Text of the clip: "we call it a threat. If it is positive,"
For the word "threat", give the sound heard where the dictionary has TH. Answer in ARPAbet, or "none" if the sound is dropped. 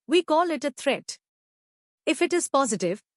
T